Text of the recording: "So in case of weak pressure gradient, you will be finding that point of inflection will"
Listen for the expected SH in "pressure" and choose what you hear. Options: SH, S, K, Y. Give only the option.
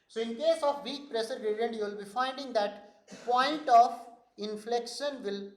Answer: S